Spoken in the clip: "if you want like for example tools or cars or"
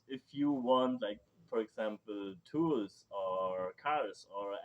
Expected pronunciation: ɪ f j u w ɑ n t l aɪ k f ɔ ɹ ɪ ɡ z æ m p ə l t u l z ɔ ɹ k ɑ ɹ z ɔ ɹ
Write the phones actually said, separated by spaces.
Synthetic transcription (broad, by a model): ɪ f j u w ɑ n t l aɪ k f ɔ ɹ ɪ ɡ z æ m p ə l t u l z ɔ ɹ k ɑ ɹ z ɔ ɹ